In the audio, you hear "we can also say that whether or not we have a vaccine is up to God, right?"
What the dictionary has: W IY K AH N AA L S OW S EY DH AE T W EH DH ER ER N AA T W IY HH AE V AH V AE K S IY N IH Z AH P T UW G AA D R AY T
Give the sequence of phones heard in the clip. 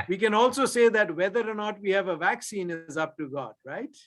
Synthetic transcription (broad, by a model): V IY K AH N AA L S OW S EY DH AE T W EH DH ER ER N AA T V IY HH AE V AH V AE K S IY N IH Z AH P T UW G AA D R AY T